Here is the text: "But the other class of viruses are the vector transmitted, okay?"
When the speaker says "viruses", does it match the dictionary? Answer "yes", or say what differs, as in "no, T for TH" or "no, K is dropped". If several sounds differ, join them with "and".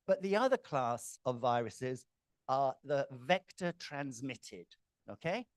yes